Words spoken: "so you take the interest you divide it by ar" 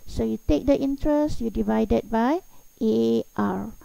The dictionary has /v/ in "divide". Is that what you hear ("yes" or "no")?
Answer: yes